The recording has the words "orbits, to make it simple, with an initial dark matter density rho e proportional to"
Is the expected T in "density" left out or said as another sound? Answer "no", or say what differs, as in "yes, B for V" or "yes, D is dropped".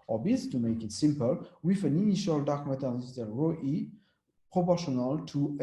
yes, S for T